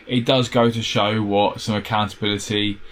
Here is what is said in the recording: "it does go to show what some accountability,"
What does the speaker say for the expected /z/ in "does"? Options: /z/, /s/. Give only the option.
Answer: /z/